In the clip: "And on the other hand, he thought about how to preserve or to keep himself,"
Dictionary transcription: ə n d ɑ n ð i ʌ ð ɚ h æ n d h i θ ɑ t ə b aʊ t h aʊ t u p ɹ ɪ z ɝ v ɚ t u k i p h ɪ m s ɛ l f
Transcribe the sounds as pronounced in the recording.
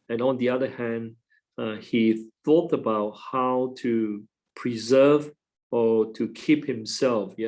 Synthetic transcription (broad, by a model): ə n ɑ n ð i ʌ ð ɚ h æ n d h i θ ɑ t ə b aʊ t h aʊ t u p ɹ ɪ z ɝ v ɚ t u k i p h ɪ m s ɛ l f